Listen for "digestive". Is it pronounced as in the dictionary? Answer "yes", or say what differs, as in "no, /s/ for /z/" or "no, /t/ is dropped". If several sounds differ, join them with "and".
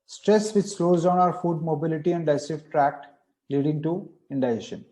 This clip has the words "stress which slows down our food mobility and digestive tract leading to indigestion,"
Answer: no, /f/ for /v/